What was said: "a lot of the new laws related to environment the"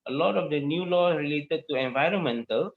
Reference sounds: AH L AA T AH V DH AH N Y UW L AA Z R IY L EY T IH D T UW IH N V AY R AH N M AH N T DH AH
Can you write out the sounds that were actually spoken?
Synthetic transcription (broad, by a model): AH L AA T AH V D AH N Y UW L AA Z R IY L EY T IH D T UW IH N V AY R AH N M AH N T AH